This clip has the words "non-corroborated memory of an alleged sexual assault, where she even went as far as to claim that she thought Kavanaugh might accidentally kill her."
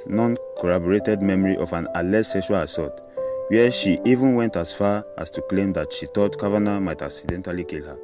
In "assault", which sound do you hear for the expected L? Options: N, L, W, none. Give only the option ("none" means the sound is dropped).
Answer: none